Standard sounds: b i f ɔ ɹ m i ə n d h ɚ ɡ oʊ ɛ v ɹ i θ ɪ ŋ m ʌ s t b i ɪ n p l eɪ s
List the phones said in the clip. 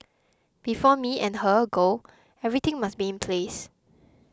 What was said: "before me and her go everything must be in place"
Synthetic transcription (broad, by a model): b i f ɔ m i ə n h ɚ ɡ oʊ ɛ v ɹ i t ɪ ŋ m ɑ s b i ɪ n p l eɪ s